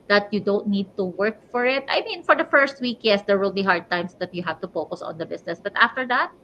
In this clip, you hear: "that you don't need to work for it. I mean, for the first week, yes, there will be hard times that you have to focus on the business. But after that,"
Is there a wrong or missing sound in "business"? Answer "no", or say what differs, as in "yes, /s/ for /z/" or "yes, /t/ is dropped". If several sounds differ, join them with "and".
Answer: yes, /s/ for /z/